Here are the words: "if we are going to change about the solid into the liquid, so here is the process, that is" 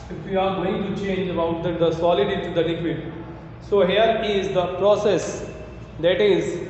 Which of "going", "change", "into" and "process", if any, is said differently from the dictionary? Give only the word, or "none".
into